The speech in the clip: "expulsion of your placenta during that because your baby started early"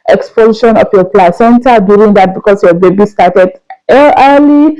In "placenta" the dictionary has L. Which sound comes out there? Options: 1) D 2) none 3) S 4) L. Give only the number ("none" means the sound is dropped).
4